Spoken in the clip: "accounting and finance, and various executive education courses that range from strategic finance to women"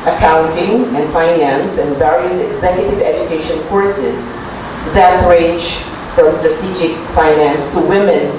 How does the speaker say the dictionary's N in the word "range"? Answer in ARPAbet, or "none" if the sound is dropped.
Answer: none